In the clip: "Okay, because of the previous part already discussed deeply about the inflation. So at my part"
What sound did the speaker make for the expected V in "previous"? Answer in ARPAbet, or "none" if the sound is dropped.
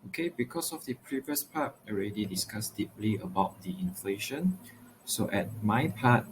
V